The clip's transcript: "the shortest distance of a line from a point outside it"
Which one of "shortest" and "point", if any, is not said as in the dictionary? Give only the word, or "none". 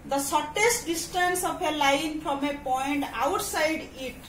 shortest